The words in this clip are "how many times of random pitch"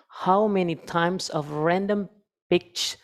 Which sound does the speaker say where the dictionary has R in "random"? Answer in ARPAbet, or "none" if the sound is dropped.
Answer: R